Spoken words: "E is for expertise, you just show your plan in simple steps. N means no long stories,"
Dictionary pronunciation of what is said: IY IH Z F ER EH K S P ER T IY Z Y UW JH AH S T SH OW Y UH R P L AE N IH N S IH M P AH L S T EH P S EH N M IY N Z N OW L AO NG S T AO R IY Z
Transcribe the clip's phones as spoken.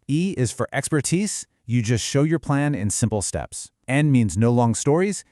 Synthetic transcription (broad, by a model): IY IH Z F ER EH K S P ER T IY Z Y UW JH AH S T SH OW Y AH R P L AE N IH N S IH M P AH L S T EH P S EH N M IY N Z N OW L AO NG S T AO R IY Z